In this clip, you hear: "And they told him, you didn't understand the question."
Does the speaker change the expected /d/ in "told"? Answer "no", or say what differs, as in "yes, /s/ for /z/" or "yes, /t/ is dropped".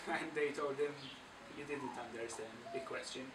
no